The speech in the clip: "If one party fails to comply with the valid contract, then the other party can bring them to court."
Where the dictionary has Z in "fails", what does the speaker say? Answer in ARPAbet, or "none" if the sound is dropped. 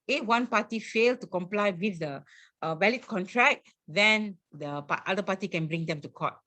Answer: none